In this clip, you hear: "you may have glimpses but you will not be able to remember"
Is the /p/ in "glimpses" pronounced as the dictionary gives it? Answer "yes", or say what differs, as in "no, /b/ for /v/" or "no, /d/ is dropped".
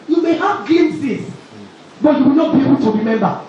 no, /p/ is dropped